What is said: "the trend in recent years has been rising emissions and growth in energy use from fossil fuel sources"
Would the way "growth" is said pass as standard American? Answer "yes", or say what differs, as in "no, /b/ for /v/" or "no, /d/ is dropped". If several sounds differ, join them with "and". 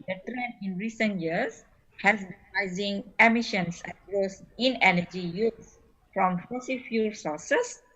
no, /s/ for /θ/